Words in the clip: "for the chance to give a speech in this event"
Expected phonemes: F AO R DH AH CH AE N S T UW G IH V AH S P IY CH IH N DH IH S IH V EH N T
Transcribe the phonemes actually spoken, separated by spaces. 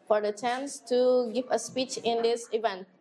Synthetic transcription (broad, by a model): F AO R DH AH CH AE N S T UW G IH V AH S P IY CH IH N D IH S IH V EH N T